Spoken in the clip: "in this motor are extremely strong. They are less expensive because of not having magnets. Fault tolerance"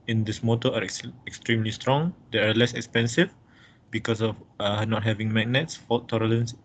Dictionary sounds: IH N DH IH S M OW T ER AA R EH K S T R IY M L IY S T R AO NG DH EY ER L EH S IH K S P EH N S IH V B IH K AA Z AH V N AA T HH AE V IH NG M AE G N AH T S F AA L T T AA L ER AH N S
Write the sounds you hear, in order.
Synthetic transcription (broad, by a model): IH N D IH S M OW T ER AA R EH K S T R IY M L IY S T R AO NG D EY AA L EH S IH K S P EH N S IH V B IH K AA S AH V N AA T HH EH V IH NG M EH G N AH T S F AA T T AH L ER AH N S